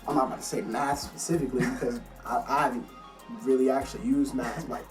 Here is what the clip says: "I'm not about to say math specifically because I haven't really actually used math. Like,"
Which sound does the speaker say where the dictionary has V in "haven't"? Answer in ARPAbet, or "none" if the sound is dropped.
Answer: none